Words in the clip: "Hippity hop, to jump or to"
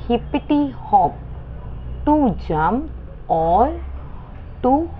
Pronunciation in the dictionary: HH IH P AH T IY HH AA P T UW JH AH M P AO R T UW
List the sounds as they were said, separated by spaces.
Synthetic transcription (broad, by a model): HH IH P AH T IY HH AA P T UW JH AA M AO L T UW